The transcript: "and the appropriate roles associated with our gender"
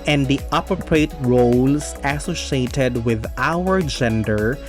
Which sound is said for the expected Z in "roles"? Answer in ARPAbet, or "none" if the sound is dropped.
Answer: S